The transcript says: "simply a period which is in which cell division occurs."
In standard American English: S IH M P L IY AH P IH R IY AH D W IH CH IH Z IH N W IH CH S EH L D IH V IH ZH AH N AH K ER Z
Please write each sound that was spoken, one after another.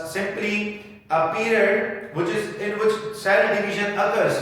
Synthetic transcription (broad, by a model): S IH M P L IY AH P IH R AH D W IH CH IH Z IH N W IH CH S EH N D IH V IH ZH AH N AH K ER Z